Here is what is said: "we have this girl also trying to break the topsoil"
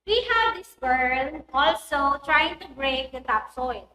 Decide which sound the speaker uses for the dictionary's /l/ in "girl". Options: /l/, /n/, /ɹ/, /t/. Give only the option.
/n/